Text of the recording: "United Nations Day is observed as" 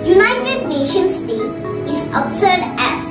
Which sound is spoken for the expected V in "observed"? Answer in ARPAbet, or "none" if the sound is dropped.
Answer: none